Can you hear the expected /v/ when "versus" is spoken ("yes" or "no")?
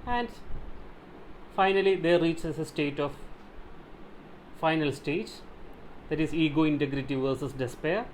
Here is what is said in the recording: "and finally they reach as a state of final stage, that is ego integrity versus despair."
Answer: yes